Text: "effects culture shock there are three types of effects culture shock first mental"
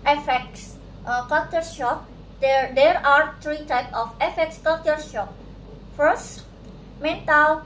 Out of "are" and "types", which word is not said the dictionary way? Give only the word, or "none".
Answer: types